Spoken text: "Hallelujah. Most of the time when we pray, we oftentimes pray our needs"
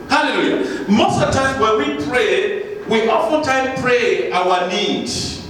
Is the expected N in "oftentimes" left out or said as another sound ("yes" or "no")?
yes